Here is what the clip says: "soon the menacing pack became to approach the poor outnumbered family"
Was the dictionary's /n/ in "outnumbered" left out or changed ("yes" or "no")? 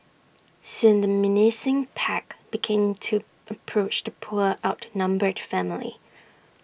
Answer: no